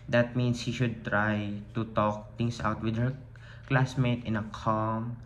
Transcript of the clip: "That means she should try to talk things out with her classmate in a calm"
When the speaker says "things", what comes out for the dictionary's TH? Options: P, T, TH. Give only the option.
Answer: T